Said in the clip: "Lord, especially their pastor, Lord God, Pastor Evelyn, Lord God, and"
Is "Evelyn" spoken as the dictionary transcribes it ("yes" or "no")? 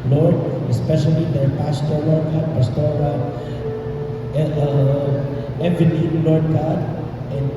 no